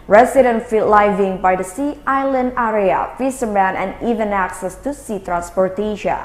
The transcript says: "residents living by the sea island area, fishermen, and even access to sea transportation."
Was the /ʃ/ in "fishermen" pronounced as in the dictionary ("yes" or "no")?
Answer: no